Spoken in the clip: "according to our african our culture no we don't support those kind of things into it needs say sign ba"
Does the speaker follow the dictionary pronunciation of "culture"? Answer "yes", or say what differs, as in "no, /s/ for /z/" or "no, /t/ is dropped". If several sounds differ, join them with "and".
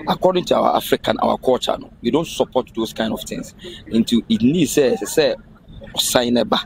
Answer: no, /l/ is dropped